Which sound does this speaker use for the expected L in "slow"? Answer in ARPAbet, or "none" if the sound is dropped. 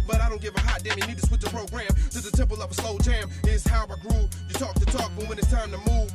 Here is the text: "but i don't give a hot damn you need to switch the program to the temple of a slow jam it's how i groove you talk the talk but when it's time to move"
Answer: L